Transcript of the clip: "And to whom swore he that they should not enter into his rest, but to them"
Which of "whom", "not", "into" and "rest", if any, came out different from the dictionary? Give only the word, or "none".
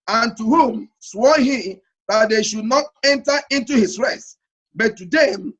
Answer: none